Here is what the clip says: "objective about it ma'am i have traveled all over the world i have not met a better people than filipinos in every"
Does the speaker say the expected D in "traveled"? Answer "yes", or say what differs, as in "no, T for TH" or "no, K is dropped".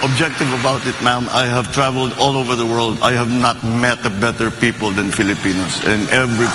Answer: yes